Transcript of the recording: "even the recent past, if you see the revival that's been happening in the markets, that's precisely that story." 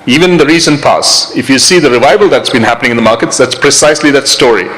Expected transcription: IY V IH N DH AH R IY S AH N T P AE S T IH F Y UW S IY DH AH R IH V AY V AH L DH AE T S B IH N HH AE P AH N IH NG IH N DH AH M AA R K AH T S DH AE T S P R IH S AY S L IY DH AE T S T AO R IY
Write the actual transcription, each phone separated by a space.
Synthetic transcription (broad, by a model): IY V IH N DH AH R IY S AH N P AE S IH F Y UW S IY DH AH R IH V AY V AH L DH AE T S B IH N HH AE P AH N IH NG IH N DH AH M AA R K AH T S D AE T S P R IH S AY S L IY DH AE T S T AO R IY